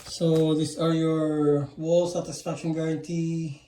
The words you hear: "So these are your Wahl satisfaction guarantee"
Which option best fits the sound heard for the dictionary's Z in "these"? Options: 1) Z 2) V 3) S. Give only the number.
3